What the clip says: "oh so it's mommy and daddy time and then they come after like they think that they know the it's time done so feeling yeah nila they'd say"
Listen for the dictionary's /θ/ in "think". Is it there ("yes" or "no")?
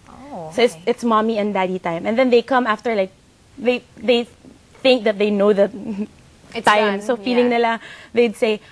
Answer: yes